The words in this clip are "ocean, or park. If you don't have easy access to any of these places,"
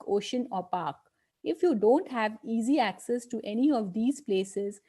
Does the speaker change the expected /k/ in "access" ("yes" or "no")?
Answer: no